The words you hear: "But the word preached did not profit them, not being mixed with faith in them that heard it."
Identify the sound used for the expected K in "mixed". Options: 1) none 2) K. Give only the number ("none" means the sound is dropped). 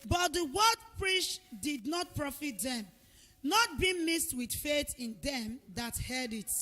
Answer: 1